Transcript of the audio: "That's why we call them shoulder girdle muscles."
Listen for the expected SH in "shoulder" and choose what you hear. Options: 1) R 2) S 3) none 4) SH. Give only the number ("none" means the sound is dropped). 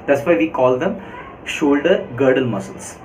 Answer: 4